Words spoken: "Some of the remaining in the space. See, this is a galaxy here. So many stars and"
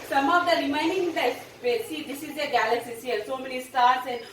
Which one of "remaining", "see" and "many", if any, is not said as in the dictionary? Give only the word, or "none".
remaining